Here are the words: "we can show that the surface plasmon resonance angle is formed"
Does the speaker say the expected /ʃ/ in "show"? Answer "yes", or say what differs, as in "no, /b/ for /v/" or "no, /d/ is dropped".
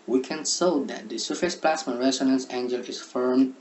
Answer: no, /s/ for /ʃ/